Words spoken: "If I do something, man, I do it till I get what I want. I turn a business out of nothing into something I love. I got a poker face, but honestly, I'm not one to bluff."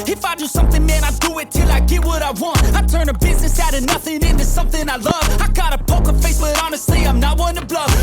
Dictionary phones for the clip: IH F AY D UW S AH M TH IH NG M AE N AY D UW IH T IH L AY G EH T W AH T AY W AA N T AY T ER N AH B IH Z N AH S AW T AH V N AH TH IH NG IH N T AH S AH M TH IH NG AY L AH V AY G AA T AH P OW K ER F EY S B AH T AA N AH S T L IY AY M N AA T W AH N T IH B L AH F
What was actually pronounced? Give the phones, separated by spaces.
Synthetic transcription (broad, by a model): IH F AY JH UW S AH M TH IH NG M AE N AY D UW IH T IH L AY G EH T W AH T AY W AA N T AY T ER N AH B IH Z N AH S AW T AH N AH TH IH NG IH N T AH S AH M TH IH NG AY L AH V AY G AA T AH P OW K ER F EY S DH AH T AA N AH S T L IY AY M N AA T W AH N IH B L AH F